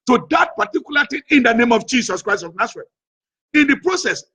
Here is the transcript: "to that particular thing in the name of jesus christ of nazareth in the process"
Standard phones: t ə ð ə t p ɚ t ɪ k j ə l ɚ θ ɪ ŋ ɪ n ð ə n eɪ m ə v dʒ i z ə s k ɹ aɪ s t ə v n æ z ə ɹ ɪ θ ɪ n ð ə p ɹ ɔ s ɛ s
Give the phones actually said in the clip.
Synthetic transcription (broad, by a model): t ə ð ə t p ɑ t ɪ k j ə l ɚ t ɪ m ɪ n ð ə n eɪ m ə v dʒ i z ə s k ɹ aɪ s t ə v n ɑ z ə ɹ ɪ t ɪ n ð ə p ɹ ɔ s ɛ s